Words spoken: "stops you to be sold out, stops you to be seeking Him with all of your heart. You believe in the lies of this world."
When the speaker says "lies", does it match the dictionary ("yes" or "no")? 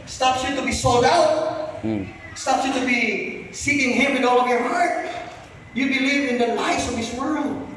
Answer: no